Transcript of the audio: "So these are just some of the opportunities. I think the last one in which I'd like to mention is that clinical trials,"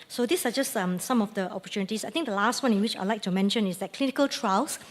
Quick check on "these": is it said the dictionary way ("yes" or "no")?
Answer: no